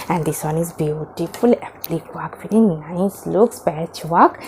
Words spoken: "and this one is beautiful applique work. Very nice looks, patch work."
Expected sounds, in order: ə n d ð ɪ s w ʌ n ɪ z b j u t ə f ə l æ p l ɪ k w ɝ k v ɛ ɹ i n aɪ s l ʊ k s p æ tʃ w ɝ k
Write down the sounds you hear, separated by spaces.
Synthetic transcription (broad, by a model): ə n d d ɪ s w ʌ n ɪ z b j u t ə f ə l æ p l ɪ k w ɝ k f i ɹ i n aɪ s l ʊ k s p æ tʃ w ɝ k